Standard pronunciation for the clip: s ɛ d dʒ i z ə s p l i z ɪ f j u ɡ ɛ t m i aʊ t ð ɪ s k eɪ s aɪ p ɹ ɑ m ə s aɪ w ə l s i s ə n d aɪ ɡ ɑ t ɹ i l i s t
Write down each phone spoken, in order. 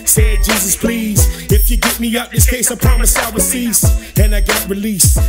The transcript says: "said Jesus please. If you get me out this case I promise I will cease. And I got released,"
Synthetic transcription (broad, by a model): s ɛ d dʒ i z ə s p l i z ɪ f j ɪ ɡ ɛ t m i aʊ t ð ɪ s k eɪ s aɪ p ɹ ɑ m ə s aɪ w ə s i s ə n aɪ ɡ ɑ t ɹ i l i s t